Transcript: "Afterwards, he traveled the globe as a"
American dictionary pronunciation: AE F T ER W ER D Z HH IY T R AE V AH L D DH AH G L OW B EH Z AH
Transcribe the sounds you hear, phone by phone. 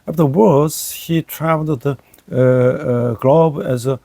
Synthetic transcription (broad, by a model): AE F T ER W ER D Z HH IY T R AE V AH L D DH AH G L OW B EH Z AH